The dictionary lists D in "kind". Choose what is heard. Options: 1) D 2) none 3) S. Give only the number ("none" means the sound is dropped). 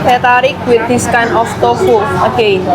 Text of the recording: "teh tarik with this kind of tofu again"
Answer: 2